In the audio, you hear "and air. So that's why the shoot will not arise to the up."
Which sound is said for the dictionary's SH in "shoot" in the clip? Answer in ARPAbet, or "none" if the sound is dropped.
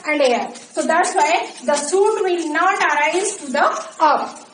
S